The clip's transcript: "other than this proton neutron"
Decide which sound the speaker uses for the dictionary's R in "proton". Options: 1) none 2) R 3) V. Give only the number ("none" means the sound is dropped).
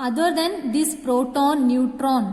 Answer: 2